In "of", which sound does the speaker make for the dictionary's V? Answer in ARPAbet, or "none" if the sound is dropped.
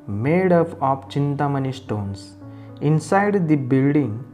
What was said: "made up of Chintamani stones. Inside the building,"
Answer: P